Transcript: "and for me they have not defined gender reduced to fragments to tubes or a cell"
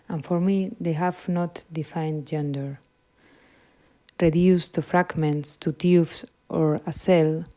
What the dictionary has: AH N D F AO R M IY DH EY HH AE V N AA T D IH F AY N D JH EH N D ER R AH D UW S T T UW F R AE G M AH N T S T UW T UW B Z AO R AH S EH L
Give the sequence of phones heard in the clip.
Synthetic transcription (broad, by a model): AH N F AO R M IY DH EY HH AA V N AA T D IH F AY N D JH EH N D ER R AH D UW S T T UW F R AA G M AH N T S T UW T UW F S AO R AH S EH L